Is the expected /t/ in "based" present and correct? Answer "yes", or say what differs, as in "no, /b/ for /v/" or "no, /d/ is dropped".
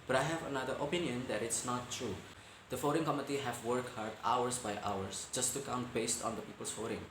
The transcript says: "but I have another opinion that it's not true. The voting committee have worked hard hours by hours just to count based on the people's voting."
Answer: yes